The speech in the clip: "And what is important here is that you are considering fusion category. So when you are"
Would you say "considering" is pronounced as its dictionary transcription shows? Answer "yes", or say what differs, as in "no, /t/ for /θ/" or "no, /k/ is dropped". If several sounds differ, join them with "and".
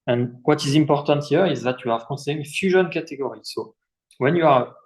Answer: no, /n/ is dropped